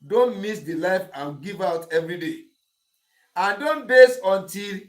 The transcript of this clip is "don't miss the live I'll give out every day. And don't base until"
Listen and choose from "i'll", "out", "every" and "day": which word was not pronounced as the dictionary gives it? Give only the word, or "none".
i'll